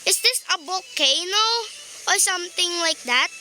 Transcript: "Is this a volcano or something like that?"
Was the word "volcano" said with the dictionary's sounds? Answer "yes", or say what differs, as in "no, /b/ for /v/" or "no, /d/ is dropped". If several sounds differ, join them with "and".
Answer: no, /b/ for /v/